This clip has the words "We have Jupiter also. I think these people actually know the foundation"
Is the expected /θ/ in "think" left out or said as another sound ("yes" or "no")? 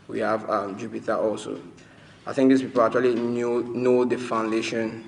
no